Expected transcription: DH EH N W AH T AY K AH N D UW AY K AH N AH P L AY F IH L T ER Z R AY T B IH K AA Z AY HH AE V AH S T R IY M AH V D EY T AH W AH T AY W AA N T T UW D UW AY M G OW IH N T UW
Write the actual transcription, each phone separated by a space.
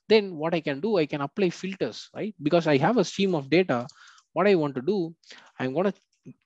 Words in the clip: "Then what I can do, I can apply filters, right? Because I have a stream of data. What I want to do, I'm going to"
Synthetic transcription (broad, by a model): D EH N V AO T AY K AH N D UW AY K AH N AH P L AY F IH L T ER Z R AY T B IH K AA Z AY HH AE V AH S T IY M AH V D EY T AH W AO T AY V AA N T T UW D UW AY M G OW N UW